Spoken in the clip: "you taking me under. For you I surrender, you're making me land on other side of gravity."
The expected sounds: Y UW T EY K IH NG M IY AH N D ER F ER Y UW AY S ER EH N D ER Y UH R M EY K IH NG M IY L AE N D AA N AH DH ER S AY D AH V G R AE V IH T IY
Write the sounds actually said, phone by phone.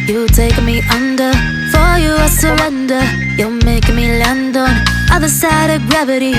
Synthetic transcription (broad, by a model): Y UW T EY IH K M IY AH N D ER F ER Y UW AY S ER EH N D ER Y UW L M EY IH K M IY L AE N D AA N AH DH ER S AY D AH V G R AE V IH T IY